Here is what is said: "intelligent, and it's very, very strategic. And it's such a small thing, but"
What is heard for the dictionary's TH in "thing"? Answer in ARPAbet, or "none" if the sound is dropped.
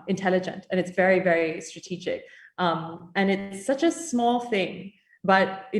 TH